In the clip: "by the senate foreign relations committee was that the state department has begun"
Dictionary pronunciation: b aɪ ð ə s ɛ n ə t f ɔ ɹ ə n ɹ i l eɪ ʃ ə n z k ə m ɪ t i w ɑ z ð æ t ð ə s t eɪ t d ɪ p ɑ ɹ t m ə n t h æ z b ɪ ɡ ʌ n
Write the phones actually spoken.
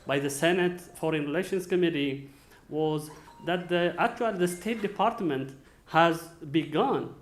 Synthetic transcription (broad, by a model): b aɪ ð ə s ɛ n ə t f ɔ ɹ ə n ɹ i l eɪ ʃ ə n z k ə m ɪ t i w ɑ z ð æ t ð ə s t eɪ t d ɪ p ɑ ɹ t m ə n t h æ z b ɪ ɡ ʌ n